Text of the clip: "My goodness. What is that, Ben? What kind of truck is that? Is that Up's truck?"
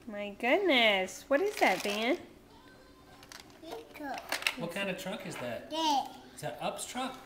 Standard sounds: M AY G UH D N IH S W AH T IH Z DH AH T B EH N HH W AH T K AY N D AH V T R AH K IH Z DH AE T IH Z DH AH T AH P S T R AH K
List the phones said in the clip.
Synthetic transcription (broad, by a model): M AY G UH D N IH S W AH T IH Z DH AH T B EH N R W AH T K AY N D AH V T R AH K IH Z DH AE T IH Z DH AH T AH P S T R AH K